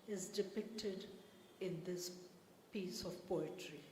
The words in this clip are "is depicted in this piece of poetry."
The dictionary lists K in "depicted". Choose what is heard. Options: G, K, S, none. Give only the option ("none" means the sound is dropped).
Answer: K